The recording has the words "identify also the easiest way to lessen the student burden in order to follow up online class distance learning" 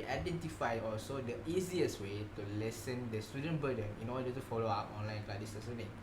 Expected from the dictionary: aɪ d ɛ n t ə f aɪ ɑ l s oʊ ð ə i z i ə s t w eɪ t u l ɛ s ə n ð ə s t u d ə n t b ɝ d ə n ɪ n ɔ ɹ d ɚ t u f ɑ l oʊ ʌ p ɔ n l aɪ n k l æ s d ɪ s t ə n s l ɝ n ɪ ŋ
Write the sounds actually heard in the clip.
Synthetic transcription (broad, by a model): aɪ d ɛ n t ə f aɪ ɑ l s oʊ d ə i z i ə s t w eɪ t u l ɛ s ə n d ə s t u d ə n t b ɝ d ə n ɪ n ɔ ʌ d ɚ t u f ɑ l oʊ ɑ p ɔ n l aɪ n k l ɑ d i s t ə s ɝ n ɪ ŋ